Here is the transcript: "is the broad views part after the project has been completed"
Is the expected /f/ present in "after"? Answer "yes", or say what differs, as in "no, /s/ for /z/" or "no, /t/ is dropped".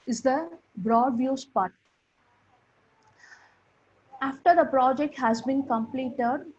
yes